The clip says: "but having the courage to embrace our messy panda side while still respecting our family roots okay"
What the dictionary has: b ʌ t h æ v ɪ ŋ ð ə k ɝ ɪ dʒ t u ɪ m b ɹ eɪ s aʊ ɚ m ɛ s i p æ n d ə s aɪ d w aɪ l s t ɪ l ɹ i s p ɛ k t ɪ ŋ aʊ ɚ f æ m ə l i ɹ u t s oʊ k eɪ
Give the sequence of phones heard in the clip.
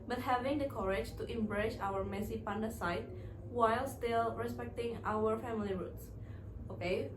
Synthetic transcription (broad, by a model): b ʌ t h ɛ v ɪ ŋ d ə k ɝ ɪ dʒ t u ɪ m b ɹ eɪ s aʊ ɚ m ɛ s i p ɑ n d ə s aɪ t w aɪ l s t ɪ l ɹ i s p ɛ k t ɪ ŋ aʊ ɚ f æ m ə l i ɹ u t s oʊ k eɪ